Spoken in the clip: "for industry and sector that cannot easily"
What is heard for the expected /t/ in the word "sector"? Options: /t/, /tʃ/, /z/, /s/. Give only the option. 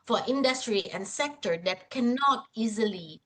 /t/